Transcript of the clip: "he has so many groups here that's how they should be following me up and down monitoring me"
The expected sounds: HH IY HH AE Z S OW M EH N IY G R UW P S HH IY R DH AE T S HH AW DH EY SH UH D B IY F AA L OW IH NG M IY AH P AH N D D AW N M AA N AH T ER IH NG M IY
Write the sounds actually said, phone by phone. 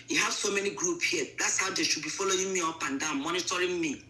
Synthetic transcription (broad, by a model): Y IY HH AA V S OW M EH N IY G R UW P HH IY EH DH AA T S HH AW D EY SH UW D B IY F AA L OW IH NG M IY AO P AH N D D AW N M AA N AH T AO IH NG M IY